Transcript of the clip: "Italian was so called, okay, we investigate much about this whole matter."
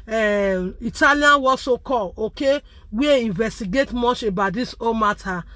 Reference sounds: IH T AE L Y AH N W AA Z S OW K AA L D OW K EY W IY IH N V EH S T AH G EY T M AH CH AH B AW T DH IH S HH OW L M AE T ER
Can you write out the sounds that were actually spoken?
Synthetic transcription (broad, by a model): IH T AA L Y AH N W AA S OW K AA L OW K EY W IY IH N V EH S T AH G EY T M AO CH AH B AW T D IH S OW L M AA T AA